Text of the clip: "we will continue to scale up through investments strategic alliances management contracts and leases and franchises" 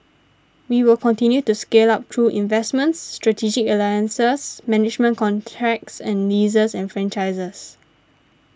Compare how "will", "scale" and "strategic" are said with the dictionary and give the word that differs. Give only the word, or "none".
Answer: none